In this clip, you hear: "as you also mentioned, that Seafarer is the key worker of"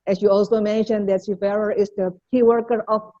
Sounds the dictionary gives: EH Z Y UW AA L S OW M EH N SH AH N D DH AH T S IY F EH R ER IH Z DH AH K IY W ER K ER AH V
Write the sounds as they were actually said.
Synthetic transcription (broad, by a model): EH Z Y UW AA L S OW M EH N SH AH N D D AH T SH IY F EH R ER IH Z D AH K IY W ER K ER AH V